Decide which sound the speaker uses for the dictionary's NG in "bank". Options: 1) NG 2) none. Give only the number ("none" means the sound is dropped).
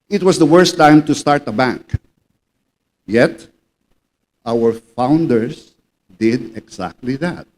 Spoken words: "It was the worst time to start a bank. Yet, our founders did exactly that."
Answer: 1